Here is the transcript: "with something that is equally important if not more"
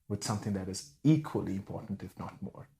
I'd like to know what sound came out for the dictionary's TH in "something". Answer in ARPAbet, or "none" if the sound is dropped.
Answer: TH